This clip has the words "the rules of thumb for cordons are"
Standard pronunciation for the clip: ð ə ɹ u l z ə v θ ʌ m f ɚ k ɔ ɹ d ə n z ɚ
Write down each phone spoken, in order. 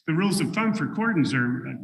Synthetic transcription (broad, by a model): ð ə ɹ u l z ə v f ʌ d f ɚ k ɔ ɹ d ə z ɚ